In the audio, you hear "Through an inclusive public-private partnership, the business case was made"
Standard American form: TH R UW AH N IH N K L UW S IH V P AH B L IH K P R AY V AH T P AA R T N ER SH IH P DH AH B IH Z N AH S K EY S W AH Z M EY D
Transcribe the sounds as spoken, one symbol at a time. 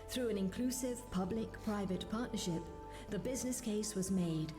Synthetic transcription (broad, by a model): TH R UW AH N IH N K L UW S IH V P AH B L IH K P R AY V AH T P AA R T N ER SH IH P DH AH B IH Z N AH S K EY S W AH Z M EY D